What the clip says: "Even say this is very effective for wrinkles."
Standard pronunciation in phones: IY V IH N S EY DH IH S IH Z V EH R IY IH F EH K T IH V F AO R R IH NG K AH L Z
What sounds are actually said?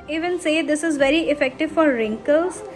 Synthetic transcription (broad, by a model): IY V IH N S EY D IH S IH Z V EH R IY IH F EH K T IH V F AO R R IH NG K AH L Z